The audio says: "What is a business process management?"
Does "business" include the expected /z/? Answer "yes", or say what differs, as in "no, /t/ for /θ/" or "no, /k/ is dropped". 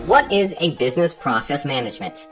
yes